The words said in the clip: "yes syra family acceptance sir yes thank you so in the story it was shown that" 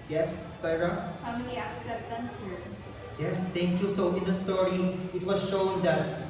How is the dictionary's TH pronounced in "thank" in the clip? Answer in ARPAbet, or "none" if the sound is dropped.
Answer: T